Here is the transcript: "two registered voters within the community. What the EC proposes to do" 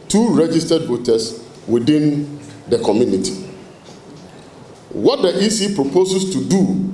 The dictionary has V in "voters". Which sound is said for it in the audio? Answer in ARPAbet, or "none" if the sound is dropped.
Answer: B